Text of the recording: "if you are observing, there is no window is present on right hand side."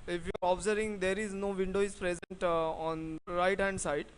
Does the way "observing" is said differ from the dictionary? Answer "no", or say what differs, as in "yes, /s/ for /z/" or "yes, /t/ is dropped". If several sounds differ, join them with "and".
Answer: yes, /v/ is dropped